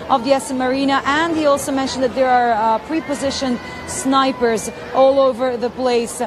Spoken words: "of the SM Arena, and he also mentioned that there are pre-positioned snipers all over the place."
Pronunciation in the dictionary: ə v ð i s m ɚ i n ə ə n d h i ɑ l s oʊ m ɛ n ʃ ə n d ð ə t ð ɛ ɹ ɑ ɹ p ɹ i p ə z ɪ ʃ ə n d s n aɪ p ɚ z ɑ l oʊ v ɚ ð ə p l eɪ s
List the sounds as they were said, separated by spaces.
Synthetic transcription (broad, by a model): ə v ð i s m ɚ i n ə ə n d h i ɑ l s oʊ m ɛ n ʃ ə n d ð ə t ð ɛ ɹ ɑ ɹ p ɹ i p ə z ɪ ʃ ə n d s n aɪ p ɚ z ɑ l oʊ v ɚ ð ə p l eɪ s